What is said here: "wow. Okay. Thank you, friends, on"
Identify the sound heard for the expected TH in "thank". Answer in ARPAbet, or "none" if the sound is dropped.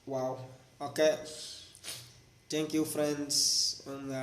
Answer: T